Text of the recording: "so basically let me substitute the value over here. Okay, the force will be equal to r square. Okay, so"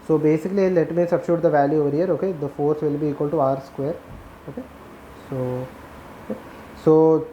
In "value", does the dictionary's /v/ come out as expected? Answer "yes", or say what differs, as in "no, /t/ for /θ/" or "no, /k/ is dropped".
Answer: yes